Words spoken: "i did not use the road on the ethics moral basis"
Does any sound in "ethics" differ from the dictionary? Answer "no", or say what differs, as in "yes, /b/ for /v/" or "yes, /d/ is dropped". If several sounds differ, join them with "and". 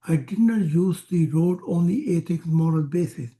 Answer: yes, /t/ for /θ/ and /s/ is dropped